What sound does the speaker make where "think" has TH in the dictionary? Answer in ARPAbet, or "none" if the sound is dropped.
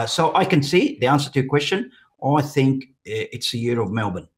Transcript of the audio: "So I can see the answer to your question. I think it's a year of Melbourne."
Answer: TH